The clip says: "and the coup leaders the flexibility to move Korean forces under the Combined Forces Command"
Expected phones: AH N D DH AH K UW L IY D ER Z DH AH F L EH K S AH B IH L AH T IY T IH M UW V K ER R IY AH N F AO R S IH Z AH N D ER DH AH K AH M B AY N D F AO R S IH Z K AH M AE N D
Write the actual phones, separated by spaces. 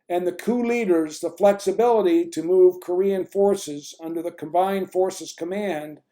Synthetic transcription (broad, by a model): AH N DH AH K UW L IY D ER Z DH AH F L EH K S AH B IH L AH T IY T IH M UW V K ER R IY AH N F AO R S IH Z AH N D ER DH AH K AH M B AY N D F AO R S IH Z K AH M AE N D